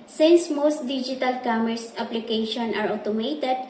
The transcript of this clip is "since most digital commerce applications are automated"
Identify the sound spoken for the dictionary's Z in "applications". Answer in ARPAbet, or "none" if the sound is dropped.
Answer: none